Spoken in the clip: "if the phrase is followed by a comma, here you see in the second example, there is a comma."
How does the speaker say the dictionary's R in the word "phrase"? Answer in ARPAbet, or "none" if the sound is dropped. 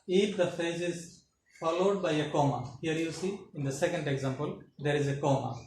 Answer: none